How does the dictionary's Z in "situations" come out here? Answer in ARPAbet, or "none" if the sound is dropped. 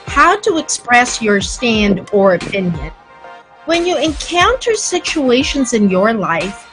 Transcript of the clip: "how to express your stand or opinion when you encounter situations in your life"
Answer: Z